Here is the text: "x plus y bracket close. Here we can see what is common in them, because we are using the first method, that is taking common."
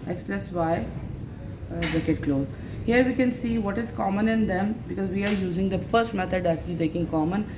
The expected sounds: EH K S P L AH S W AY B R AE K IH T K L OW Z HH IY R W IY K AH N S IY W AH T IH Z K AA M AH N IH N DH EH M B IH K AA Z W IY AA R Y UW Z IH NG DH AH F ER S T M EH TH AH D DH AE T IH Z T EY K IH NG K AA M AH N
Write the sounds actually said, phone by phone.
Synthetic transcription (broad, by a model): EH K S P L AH S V AY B IH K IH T K L OW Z HH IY R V IY K AH N S IY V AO T IH Z K AA M AH N IH N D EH M B IH K AA Z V IY AA R Y UW Z IH NG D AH F ER S T M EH T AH D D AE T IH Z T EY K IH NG K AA M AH N